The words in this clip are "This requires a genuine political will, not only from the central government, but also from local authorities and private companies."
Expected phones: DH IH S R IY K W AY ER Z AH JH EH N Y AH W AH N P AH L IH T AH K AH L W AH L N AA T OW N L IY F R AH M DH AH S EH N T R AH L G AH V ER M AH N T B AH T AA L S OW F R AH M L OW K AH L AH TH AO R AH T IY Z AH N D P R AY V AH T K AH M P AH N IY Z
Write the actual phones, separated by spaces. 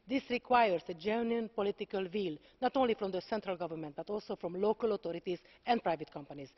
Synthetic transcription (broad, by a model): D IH S R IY K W AY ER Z AH JH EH N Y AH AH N P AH L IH T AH K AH L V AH L N AA T OW N L IY F R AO M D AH S EH N T R AH L G AH V ER M AH N T B AH T AA L S OW F R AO M L OW K AH L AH T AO R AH T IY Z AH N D P R AY V AH T K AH M P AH N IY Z